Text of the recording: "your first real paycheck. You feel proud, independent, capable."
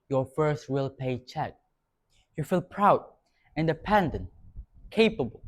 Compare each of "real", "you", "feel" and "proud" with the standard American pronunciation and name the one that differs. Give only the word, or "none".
real